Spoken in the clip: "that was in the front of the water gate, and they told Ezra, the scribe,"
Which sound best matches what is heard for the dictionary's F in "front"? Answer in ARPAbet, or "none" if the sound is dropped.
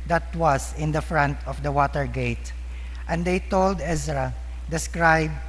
F